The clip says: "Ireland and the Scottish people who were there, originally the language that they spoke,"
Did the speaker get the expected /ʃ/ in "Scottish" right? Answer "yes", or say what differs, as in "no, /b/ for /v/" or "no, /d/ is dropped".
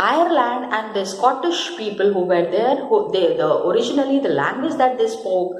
yes